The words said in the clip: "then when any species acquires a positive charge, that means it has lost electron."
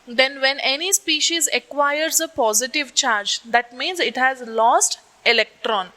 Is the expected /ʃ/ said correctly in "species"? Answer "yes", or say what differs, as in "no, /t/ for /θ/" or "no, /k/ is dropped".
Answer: yes